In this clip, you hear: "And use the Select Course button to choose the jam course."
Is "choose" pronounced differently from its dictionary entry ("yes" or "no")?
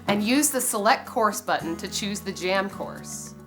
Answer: no